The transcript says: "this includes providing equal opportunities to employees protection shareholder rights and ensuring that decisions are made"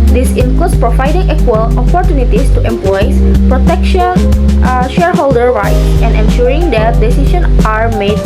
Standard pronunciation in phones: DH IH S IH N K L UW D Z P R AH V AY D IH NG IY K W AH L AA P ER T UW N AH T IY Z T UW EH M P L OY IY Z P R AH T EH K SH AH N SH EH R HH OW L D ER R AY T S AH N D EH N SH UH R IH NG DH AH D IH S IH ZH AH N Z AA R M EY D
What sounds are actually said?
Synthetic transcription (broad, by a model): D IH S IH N K L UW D S P R AH V AY D IH NG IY K W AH L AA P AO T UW N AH T IY S T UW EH M P L OY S P R AH T EH K SH AH N SH EH R HH OW L D ER R AY T S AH N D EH N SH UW R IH NG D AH D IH S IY SH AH N AA R M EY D